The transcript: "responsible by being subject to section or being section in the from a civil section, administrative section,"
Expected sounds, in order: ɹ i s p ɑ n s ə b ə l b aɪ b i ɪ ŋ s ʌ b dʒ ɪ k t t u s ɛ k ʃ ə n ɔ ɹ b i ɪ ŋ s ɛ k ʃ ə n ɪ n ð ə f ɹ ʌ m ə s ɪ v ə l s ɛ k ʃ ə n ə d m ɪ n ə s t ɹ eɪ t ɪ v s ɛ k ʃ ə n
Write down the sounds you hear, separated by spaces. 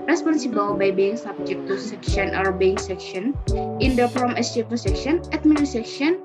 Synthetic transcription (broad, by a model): ɹ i s p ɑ n s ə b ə l b aɪ b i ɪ ŋ s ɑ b dʒ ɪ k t t u s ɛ k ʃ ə n ɔ ɹ b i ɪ ŋ s ɛ k ʃ ə n ɪ n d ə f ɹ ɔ m ə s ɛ p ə s ɛ k ʃ ə n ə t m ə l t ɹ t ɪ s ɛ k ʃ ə n